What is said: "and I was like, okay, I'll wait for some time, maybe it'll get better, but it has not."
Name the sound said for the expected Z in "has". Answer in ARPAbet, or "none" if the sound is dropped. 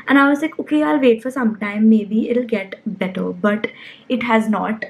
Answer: Z